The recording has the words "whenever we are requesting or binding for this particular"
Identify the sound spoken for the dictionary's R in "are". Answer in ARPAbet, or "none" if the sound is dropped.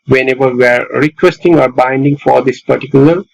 R